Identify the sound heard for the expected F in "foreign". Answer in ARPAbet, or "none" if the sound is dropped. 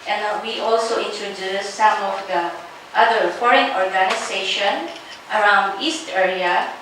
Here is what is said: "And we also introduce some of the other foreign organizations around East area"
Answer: F